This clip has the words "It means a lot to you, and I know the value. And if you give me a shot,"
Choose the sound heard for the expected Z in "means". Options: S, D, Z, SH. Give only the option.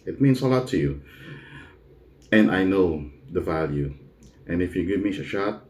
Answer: S